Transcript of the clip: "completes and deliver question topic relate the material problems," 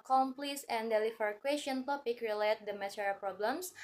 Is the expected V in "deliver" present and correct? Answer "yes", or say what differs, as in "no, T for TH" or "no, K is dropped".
no, F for V